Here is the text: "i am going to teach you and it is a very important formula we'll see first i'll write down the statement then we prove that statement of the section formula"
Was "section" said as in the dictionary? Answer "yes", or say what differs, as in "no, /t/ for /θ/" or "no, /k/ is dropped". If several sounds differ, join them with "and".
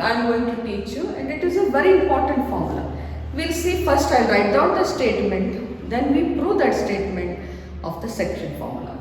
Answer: yes